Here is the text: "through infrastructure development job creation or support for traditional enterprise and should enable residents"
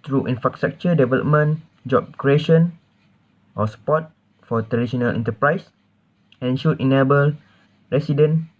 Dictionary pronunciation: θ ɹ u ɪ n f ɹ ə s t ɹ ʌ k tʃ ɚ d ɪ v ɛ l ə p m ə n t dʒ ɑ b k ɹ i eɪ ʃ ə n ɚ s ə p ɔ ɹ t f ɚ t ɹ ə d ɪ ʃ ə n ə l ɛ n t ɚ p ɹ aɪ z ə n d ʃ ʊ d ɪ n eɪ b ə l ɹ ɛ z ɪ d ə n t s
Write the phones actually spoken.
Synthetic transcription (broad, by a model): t ɹ u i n f ɹ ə s t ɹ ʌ k tʃ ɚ d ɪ v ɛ l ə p m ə n dʒ ɑ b k ɹ i eɪ ʃ ə n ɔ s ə p ɔ t f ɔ t ɹ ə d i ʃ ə n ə l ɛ n t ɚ p ɹ aɪ s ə n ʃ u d ɪ n eɪ b ə l ɹ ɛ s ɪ d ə n